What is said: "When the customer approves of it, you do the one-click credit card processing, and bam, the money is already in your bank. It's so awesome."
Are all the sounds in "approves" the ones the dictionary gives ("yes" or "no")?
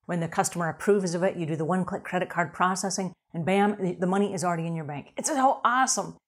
yes